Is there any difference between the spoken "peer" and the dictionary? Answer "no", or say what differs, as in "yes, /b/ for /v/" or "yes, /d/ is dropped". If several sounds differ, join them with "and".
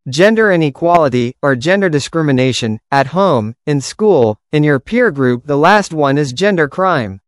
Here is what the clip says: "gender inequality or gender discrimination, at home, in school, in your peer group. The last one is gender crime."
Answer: no